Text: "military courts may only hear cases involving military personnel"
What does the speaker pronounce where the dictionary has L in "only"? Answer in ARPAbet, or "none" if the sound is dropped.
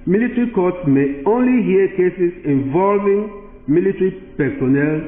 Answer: L